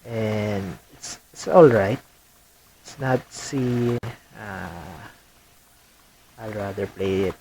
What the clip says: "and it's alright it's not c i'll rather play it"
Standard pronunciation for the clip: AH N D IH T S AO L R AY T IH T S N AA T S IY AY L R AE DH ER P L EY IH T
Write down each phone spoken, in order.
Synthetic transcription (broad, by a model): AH N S IH T S AO L R AY T IH T S N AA T S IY AY L R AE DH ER P L EY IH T